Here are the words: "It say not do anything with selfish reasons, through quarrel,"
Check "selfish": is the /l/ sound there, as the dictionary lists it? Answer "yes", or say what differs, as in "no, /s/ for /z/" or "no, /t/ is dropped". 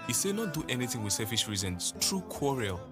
no, /l/ is dropped